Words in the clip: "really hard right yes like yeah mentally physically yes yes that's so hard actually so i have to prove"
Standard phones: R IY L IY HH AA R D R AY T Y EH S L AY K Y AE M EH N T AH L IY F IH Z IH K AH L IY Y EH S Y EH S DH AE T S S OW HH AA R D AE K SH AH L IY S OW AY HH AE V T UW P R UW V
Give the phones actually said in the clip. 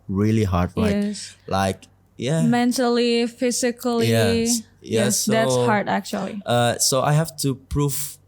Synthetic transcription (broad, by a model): R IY L IY HH AA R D L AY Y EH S L AY K Y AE M EH N T AH L IY F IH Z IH K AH L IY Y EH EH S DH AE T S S HH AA R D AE K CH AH L IY S OW AY HH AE F T UW P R UW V